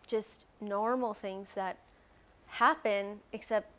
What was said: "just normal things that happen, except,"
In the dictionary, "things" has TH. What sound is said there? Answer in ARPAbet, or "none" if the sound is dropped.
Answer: TH